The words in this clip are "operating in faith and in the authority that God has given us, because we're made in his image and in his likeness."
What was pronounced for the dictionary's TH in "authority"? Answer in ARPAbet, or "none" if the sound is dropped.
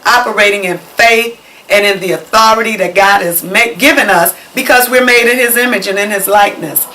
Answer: TH